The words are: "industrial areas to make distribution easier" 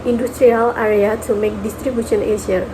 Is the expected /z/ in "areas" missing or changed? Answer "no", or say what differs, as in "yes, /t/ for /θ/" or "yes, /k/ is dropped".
yes, /z/ is dropped